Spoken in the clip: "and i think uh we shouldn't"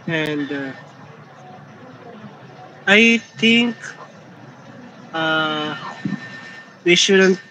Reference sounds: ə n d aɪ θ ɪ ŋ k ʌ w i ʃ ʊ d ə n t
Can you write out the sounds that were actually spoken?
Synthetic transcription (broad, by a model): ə n d aɪ t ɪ ŋ k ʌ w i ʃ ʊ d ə n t